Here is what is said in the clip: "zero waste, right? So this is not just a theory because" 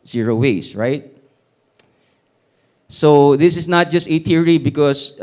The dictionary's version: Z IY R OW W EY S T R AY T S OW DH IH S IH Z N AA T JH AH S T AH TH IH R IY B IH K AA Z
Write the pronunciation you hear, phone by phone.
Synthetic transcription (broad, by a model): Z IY R OW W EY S R AY T S OW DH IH S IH S N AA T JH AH S T AH T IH R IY B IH K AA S